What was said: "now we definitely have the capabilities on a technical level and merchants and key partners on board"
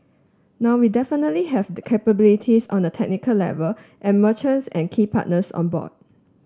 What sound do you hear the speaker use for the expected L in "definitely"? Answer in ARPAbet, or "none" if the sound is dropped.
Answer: L